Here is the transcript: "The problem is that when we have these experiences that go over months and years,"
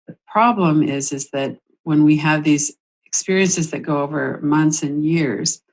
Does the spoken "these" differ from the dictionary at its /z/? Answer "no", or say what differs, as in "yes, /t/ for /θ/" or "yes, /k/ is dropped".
no